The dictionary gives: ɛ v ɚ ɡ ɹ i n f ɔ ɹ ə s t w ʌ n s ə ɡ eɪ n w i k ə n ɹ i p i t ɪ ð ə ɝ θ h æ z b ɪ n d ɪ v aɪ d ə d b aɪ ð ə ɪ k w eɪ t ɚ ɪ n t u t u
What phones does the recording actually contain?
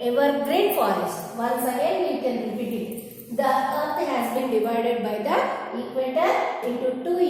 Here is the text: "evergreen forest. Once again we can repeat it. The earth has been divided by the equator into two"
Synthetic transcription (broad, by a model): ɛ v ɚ ɡ ɹ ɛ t f ɔ ɹ ə s t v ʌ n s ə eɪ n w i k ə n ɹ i i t ɪ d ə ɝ t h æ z b ɪ n d ɪ v aɪ d ə d b aɪ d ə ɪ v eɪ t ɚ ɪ t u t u